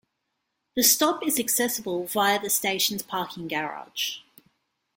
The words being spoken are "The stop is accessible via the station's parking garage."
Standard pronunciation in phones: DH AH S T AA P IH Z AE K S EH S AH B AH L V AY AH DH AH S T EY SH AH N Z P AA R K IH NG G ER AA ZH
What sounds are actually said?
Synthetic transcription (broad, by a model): DH AH S T AA P IH Z AE K S EH S AH B AH L V AY AH DH AH S T EY SH AH N Z P AA K IH NG G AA AA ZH